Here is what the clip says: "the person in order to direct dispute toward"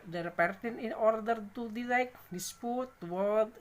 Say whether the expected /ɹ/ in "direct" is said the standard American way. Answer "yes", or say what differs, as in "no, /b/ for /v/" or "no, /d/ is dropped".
no, /l/ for /ɹ/